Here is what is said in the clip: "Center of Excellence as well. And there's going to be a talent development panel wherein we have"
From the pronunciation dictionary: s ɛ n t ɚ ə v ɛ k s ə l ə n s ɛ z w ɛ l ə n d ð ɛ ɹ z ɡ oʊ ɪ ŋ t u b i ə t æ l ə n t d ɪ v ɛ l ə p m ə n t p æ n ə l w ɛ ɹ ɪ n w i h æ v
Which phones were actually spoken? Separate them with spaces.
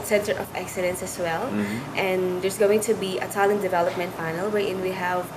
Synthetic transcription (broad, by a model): s ɛ n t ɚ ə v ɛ k s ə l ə n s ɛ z w ɛ l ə n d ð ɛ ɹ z ɡ oʊ ɪ ŋ t u b i ə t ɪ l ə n d ɪ v ɛ l ə p m ə n t f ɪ n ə l w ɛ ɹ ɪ n w i h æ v